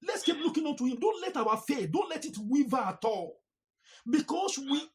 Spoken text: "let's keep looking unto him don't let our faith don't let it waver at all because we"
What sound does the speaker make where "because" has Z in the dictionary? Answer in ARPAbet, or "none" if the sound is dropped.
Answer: S